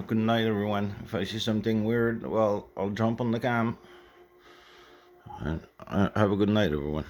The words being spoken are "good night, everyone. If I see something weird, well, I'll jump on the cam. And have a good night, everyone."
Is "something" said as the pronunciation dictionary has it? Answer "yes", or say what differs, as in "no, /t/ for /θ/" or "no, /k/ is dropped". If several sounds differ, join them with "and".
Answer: yes